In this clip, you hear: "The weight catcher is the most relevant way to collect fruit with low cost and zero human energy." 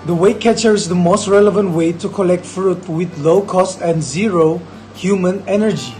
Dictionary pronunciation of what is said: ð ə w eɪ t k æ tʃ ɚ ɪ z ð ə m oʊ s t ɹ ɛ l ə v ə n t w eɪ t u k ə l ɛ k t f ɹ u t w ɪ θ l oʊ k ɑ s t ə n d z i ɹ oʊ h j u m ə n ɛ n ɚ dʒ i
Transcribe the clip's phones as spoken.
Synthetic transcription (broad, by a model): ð ə w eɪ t k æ tʃ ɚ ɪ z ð ə m oʊ s t ɹ ɛ l ə v ə n t w eɪ t u k ə l ɛ k t f ɹ u t w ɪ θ l oʊ k ɑ s t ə n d z i ɹ oʊ h j u m ə n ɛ n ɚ dʒ i